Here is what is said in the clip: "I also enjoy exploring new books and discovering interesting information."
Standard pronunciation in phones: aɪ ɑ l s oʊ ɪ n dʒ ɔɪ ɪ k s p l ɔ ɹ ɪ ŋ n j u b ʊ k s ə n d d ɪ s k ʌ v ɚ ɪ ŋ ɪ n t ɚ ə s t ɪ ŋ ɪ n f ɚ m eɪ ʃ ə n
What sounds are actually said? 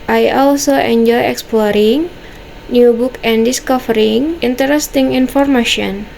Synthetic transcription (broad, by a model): aɪ ɑ l s oʊ ɪ n dʒ ɔɪ ɪ k s p l ɔ ɹ ɪ ŋ n j u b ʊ k ə n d d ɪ s k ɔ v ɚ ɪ ŋ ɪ n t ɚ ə s t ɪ ŋ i n f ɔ m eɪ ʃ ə n